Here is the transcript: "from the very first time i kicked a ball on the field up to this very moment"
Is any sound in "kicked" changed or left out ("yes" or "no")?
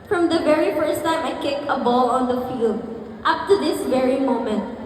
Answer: yes